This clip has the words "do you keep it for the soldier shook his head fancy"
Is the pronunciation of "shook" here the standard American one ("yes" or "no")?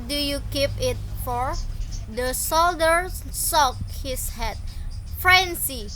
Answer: no